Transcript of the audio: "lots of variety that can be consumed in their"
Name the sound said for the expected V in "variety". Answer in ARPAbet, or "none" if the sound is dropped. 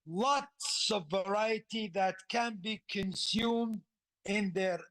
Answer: V